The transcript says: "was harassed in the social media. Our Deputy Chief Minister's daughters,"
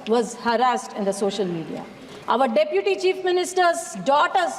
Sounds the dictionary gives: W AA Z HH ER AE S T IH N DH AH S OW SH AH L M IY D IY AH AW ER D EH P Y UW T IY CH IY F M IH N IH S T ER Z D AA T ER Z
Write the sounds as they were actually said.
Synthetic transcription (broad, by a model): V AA Z HH ER AE S T IH N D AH S OW SH AH L M IY D IY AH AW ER D EH P Y UW T IY CH IY F M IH N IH S T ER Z D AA T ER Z